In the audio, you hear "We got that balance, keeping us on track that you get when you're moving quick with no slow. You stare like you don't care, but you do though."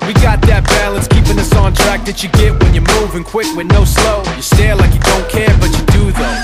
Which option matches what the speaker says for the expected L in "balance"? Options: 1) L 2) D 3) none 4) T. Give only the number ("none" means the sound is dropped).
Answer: 1